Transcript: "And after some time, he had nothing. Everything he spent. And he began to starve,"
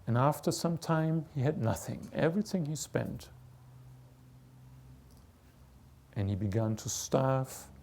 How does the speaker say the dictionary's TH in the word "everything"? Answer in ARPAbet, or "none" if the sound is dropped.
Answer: TH